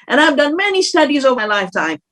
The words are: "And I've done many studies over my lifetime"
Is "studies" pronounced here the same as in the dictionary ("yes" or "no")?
yes